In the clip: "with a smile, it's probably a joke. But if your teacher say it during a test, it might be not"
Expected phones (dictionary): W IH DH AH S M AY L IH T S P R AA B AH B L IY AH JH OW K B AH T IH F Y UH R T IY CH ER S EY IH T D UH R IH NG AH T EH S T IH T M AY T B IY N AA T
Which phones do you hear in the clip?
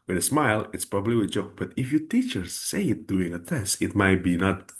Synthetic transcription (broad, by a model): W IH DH AH S M AY L IH T S P R AA B AH B L IY AH JH OW K B AH T IH F Y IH T IY CH ER S EY IH T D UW IH NG AH T EH S T IH T M AY T B IY N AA T